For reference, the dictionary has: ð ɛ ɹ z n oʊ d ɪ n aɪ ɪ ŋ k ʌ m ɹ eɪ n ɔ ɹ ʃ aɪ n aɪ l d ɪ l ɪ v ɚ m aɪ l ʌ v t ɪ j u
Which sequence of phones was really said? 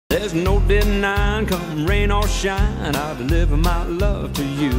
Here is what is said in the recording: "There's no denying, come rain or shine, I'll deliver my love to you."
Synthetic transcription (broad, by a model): ð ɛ ɹ z n oʊ d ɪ n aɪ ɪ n k ʌ m ɹ eɪ n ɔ l ʃ aɪ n aɪ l d ɪ l ɪ v ɚ m aɪ l ʌ v t ɪ j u